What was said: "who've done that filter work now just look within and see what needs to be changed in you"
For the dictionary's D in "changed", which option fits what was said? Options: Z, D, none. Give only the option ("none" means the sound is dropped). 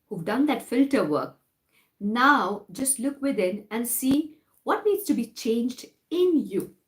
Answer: D